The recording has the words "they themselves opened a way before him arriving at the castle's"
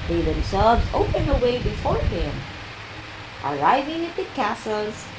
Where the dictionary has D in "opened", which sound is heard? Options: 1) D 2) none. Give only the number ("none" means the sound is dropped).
2